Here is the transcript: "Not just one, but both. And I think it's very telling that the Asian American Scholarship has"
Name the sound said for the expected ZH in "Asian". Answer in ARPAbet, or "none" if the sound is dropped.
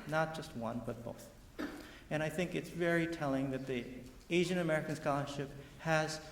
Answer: ZH